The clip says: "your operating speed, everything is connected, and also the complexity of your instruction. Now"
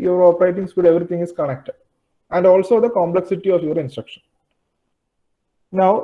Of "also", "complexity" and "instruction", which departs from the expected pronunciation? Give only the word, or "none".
none